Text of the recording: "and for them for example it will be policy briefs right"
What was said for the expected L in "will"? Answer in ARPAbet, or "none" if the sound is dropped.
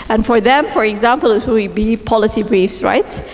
W